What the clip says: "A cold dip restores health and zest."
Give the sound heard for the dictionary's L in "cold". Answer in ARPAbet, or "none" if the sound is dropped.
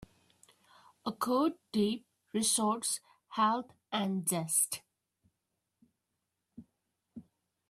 none